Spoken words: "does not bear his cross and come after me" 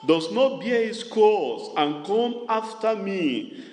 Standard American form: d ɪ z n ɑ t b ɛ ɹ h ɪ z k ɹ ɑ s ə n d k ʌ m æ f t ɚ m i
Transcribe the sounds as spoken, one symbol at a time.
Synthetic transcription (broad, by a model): d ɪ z n ɑ t b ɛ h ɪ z k ɑ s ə n k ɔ m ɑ f t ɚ m i